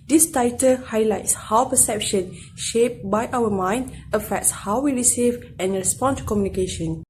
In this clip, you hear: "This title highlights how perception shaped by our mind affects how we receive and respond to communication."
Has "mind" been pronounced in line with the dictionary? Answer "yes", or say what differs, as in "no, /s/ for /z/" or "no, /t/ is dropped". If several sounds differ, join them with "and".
yes